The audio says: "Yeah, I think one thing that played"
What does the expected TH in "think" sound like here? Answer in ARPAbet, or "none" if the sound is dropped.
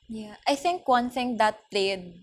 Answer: TH